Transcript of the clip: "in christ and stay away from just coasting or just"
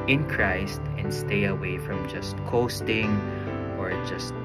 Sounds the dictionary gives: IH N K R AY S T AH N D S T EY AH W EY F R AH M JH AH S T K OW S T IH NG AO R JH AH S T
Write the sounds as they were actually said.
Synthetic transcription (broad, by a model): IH N K R AY S T AH N D S T EY AH W EY F R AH M JH AH S T K OW S T IH NG AO R JH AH S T